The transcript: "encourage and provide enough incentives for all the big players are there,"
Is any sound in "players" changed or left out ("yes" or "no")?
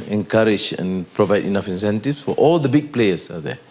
yes